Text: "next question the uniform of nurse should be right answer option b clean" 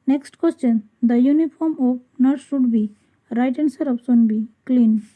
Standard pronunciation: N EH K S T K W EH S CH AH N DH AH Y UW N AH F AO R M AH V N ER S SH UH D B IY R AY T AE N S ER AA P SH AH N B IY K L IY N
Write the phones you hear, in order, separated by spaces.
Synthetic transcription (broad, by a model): N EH K S T K W EH S CH AH N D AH Y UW N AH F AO R M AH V N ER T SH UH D B IY R AY T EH N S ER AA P S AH N B IY K L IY N